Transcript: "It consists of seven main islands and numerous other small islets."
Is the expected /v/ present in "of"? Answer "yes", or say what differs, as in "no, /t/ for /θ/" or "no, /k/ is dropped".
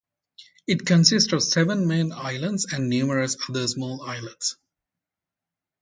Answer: yes